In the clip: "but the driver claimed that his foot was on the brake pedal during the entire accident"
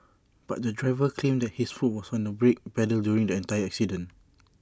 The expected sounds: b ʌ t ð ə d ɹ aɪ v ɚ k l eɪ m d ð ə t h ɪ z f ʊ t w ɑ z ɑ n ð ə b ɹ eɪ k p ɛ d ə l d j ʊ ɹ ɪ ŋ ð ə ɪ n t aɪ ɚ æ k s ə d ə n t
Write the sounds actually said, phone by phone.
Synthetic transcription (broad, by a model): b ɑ t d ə d ɹ aɪ v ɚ k l eɪ m d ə t h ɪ s f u t w ɑ s ɑ n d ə b ɹ eɪ k b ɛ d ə l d j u ɹ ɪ ŋ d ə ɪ n t aɪ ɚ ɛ k s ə d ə n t